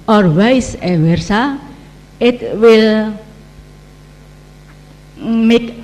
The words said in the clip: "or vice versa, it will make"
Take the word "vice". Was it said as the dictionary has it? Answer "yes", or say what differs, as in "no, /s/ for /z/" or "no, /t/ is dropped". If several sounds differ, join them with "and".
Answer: no, /w/ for /v/